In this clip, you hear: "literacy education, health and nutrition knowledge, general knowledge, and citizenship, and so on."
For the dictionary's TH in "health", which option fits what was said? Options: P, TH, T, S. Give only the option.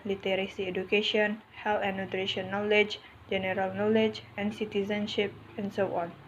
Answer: T